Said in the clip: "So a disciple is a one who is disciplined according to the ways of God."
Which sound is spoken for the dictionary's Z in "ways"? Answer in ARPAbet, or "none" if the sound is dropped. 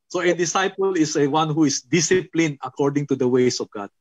S